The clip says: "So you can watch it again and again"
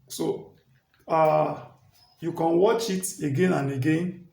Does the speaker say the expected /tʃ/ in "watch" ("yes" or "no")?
yes